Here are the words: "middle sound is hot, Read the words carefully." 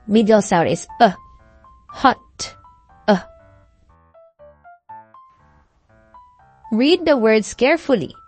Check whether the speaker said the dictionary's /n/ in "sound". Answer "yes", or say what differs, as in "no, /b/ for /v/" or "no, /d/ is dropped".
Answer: no, /n/ is dropped